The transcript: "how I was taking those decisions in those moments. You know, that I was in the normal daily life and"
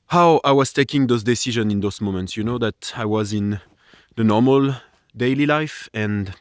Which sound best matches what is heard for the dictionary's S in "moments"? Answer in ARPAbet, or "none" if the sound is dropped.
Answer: S